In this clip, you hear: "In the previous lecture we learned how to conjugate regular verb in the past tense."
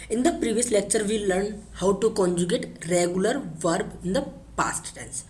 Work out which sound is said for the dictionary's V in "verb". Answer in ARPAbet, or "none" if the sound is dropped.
V